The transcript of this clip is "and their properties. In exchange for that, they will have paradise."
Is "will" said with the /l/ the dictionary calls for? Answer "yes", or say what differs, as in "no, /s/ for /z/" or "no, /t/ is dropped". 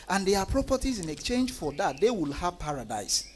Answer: yes